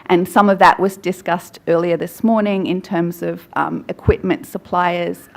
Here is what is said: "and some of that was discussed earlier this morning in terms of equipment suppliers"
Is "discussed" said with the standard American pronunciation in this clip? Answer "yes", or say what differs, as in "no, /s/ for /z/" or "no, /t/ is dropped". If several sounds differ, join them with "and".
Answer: yes